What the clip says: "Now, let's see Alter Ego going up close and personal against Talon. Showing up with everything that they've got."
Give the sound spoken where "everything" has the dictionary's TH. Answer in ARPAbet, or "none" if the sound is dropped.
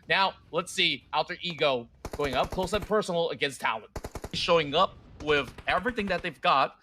TH